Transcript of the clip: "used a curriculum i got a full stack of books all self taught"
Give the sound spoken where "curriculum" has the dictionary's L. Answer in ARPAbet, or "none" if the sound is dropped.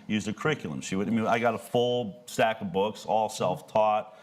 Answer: W